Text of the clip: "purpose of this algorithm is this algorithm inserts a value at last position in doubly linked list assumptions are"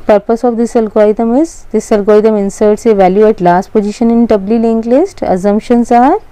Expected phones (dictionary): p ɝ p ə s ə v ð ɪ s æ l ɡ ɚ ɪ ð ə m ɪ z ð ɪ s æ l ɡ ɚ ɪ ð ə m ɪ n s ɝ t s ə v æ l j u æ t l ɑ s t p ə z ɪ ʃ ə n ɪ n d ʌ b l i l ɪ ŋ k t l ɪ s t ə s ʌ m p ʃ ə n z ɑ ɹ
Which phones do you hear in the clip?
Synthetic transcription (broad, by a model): p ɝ p ə s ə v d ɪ s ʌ l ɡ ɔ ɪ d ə m ɪ z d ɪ s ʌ l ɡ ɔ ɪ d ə m ɪ n s ɝ t s ə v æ l j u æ t l ɑ s t p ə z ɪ ʃ ə n ɪ n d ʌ b l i l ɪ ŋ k l ɪ s t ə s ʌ m p ʃ ə n s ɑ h